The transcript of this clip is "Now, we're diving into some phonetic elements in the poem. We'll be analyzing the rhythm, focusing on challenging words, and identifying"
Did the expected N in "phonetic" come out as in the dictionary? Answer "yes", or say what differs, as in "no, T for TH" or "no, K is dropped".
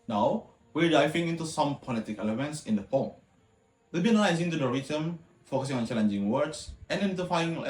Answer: no, L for N